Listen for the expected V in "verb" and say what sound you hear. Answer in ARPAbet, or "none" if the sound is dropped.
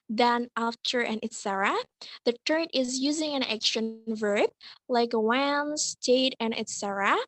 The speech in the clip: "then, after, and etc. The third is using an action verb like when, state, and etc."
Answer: V